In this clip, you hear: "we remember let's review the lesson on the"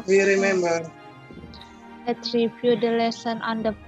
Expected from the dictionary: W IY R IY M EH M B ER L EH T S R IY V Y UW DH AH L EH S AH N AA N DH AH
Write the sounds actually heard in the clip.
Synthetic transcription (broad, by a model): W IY R IY M EH M B ER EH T R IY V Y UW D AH L EH S AH N AA N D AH